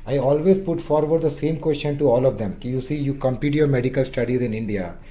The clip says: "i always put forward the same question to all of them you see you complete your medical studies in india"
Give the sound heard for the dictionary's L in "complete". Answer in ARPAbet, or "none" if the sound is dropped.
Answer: none